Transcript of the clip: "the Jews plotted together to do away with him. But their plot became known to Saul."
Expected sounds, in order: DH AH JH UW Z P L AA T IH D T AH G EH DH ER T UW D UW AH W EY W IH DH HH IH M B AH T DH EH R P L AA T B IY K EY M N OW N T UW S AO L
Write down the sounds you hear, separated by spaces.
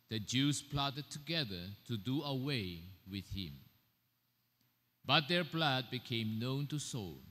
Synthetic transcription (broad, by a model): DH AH JH UW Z P L AA T IH D T AH G EH DH ER T UW D UW AH W EY W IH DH HH IH M B AH T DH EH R B L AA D B IY K EY M N OW N T UW S AO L